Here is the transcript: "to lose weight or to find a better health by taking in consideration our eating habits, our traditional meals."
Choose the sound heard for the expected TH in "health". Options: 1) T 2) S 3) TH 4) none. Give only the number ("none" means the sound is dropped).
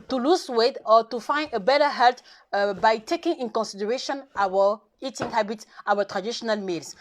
1